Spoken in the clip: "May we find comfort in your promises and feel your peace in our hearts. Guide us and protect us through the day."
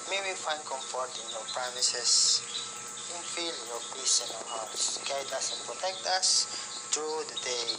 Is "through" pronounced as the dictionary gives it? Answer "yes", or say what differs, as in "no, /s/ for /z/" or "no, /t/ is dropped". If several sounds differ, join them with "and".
no, /t/ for /θ/